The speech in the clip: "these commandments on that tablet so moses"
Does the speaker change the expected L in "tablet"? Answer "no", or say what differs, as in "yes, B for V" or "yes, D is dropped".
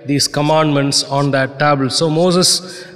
yes, L is dropped